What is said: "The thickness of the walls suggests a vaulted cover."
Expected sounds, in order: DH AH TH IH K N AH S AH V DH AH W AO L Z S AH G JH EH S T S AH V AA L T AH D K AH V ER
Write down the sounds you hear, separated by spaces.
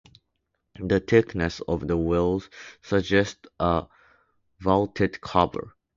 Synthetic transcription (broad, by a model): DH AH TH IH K N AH S AH V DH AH W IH L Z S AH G JH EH S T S AH V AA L T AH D K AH B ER